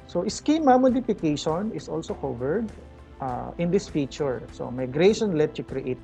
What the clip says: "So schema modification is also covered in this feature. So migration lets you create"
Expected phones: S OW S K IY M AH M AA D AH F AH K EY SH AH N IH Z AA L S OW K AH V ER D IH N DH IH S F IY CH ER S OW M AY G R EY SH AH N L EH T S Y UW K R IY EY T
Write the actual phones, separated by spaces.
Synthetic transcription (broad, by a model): S OW S K IY M AH M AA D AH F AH K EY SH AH N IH S AA L S OW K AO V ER D IH N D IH S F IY CH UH S OW M AY G R EY SH AH N L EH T Y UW K R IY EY T